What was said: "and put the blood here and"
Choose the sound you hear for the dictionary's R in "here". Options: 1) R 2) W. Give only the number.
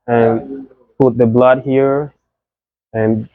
1